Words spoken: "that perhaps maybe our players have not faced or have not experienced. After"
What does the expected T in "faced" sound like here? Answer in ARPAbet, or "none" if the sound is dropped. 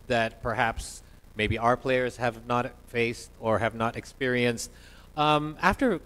T